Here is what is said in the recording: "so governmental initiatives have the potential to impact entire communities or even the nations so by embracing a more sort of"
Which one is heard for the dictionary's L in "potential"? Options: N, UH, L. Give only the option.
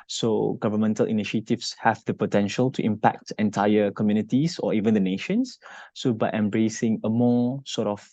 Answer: L